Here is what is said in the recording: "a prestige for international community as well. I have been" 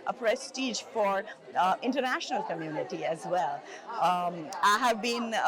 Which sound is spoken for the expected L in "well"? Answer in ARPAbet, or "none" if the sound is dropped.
L